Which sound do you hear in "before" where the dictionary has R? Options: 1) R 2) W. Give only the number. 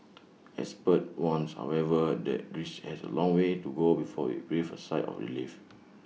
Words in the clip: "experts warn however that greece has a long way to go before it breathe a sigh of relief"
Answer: 2